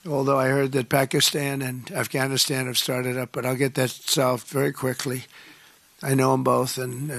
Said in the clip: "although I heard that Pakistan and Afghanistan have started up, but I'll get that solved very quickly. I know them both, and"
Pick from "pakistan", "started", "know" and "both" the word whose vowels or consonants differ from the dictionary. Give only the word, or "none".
none